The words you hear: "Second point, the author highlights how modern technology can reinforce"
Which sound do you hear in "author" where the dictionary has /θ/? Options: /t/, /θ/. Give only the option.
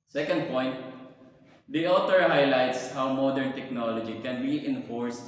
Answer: /t/